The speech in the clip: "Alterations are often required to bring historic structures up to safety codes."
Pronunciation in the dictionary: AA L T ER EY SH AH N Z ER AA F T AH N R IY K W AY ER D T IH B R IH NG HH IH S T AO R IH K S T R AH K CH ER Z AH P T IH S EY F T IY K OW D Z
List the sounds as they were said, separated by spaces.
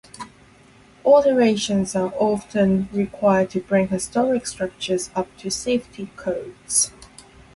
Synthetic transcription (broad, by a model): AA T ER EY SH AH N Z ER AA F T AH N R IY K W AY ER D T IH B R IH NG HH IH S T AO R IH K S T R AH K CH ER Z AH P T IH S EY F T IY K OW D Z